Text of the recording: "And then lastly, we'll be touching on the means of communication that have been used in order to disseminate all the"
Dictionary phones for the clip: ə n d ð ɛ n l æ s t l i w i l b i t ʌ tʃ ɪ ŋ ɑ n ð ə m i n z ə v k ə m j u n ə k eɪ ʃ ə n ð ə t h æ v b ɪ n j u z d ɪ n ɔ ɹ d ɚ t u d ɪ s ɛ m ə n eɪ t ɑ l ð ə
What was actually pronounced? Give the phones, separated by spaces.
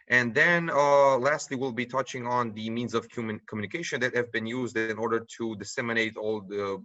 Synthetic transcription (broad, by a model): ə n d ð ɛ n l æ s t l i w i l b i t ʌ tʃ ɪ ŋ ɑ n ð ə m i n z ə v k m m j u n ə k eɪ ʃ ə n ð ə t h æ v b ɪ n j u z d ɪ n ɔ ɹ d ɚ t u d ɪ s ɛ m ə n eɪ t ɑ l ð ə